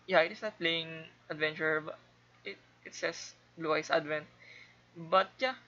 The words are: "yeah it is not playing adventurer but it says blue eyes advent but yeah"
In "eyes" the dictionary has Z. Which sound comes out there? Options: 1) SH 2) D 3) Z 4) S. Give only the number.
4